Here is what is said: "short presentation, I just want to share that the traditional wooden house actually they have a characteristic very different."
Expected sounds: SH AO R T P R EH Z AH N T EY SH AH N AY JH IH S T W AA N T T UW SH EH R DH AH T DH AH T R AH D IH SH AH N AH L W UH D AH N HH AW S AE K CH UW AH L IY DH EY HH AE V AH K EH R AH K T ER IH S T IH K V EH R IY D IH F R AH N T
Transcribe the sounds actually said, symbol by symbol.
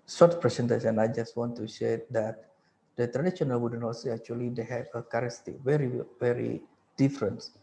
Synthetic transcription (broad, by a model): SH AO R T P R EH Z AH N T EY S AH N AY JH IH S T W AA N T T UW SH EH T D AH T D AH T R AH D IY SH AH N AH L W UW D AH N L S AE K CH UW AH L IY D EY HH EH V AH K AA R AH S T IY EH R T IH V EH R IY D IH F R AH N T